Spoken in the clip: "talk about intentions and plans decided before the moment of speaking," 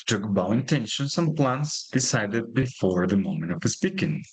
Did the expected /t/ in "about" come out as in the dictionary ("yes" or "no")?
no